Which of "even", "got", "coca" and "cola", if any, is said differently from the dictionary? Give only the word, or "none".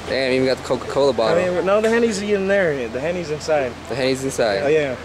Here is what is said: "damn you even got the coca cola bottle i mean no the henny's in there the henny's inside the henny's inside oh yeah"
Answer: even